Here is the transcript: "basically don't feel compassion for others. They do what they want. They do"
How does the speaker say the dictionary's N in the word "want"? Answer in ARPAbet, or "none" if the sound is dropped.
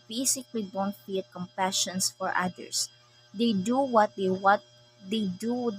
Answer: none